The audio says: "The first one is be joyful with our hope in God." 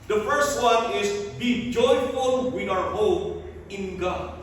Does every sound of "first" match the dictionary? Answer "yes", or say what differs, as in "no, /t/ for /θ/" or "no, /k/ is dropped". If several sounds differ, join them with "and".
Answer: yes